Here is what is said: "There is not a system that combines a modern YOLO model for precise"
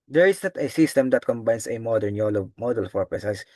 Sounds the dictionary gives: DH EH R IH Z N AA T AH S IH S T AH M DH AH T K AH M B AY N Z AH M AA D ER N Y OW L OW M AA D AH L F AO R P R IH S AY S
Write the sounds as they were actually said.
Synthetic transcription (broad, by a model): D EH R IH S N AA T AH S IH S T AH M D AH T K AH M B AY N S AH M AA D ER N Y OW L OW M AA D AH L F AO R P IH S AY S